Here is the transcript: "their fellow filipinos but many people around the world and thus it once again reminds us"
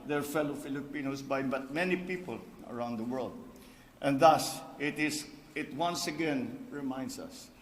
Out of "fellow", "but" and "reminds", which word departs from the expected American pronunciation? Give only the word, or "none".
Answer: reminds